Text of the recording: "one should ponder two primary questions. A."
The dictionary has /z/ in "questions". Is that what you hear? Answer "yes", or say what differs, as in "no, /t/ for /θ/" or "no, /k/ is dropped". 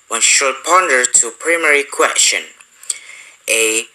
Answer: no, /z/ is dropped